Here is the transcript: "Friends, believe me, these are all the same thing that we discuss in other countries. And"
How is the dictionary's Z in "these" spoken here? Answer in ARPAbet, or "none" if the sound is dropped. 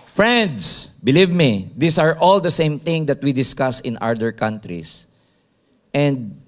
S